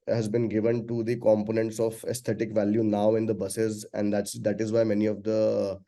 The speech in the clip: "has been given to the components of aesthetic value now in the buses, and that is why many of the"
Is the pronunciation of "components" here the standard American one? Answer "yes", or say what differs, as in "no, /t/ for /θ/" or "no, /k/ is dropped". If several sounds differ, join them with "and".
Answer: yes